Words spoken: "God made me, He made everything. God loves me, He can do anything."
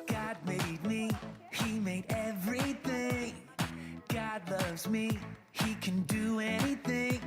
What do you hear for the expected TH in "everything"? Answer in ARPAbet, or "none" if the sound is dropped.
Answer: TH